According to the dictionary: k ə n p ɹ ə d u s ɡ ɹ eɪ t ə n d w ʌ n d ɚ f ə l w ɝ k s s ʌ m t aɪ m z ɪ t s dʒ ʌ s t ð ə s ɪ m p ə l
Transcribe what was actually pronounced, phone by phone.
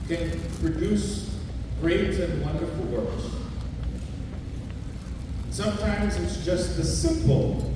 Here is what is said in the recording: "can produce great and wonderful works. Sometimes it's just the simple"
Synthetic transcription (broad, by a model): k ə n p ɹ ə d u s ɡ ɹ eɪ t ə n w ʌ n d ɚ f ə l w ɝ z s s ʌ m t aɪ m z ɪ t s dʒ ʌ s t ð ə s ɪ m p l